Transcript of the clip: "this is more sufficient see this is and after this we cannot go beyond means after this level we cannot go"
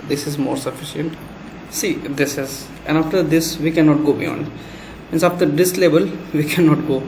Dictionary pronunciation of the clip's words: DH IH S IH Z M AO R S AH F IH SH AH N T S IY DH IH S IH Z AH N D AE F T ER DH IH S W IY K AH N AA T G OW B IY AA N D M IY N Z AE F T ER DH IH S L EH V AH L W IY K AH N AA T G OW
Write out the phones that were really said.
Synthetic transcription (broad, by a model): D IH S IH Z M AO R S AH F IH SH AH N T S IY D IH S IH Z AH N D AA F T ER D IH S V IY K AH N AA T G OW B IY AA N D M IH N S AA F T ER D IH S L EH B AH L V IY K AH N AA T G OW